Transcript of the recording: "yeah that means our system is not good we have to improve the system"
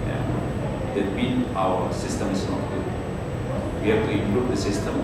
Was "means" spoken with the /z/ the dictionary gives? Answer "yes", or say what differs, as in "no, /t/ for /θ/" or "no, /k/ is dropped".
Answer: no, /z/ is dropped